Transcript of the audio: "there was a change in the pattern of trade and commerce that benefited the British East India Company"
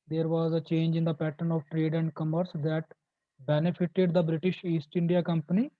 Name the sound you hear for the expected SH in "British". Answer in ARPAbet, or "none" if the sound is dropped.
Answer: SH